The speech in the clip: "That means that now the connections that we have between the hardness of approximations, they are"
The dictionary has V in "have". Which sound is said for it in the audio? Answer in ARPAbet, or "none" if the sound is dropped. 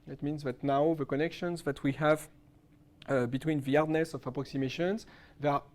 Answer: V